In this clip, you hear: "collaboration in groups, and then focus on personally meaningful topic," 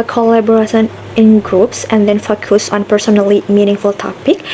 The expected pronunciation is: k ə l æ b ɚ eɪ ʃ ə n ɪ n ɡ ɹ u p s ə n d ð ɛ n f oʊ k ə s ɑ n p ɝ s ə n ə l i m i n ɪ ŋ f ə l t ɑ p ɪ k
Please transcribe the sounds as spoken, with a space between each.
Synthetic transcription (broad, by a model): k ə l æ b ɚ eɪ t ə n ɪ n ɡ ɹ u p s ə n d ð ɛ n f oʊ k ə s ɑ n p ɝ s ə n ə l i m i n ɪ ŋ f ə l t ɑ p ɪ k